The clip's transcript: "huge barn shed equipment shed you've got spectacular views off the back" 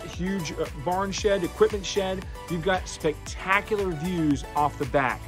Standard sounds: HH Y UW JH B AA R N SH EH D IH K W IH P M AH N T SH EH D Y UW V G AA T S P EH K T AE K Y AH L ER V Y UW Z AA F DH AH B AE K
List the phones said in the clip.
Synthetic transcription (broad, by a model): HH Y UW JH B AA R N SH EH D IH K W IH P M AH N T SH EH D Y UW V G AA T S P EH K T AE K Y L ER V Y UW Z AA F DH AH B AE K